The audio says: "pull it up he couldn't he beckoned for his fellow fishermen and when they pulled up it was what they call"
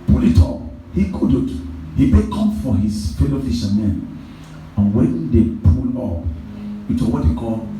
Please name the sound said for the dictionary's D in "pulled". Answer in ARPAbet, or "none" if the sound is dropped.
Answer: none